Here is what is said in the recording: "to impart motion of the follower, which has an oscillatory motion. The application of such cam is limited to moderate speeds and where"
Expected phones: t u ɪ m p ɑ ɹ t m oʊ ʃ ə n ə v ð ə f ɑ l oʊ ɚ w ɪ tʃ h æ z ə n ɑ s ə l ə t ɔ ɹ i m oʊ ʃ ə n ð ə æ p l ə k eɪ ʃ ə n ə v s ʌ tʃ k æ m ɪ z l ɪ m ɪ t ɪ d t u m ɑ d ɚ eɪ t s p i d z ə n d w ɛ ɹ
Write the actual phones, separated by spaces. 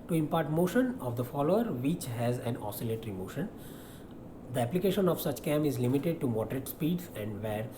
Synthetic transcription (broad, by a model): t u ɪ m p ɑ ɹ t m oʊ ʃ ə n ə v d ə f ɑ l oʊ ɚ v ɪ tʃ h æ z ə n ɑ s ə l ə t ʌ ɹ i m oʊ ʃ ə n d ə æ p l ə k eɪ ʃ ə n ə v s ʌ tʃ k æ m ɪ z l ɪ m ɪ t ɪ d t u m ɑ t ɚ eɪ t s p i d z ə n d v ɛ ɹ